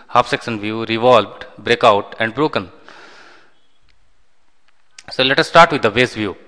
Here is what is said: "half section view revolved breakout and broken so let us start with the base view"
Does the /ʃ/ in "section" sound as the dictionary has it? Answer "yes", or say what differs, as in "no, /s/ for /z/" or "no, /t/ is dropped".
no, /s/ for /ʃ/